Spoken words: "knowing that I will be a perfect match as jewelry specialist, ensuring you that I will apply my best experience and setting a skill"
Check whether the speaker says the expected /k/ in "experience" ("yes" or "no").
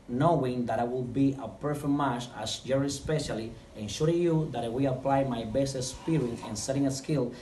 no